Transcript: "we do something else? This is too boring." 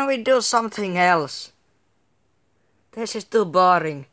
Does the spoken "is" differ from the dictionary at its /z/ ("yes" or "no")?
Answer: yes